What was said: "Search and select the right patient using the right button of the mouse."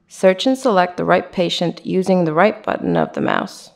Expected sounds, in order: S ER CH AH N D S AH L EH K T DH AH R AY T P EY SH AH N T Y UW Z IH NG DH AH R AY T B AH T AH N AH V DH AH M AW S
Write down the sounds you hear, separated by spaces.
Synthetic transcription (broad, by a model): S ER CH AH N S AH L EH K T DH AH R AY T P EY SH AH N T Y UW Z IH NG DH AH R AY T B AH T N AH V DH AH M AW S